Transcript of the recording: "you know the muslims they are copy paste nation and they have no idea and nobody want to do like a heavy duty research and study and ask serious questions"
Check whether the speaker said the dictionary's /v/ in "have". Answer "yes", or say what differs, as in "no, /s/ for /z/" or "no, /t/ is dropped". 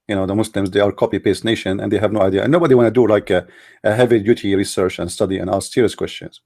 yes